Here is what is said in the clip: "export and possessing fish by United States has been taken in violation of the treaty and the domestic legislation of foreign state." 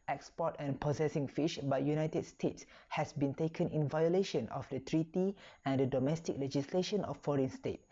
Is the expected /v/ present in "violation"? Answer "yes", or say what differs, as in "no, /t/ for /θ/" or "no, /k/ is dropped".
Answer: yes